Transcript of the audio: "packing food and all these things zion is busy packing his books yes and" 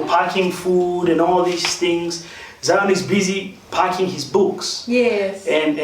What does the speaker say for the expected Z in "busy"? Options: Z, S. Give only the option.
Z